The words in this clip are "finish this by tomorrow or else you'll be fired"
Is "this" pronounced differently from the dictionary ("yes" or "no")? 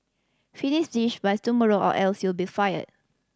yes